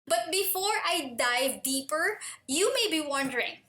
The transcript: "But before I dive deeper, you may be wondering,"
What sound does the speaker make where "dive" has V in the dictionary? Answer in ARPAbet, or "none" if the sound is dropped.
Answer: V